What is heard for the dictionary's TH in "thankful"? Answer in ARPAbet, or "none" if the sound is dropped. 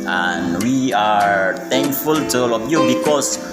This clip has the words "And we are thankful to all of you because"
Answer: T